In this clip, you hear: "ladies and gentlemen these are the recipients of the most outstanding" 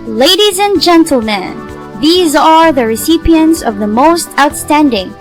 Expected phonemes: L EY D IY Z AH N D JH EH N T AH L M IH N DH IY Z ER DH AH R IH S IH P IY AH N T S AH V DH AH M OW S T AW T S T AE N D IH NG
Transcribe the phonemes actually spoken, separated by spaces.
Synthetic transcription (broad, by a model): L EY D IY Z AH N JH EH N T L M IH N DH IY Z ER DH AH R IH S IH P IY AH N T S AH V DH AH M OW S T AW T S T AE N D IH NG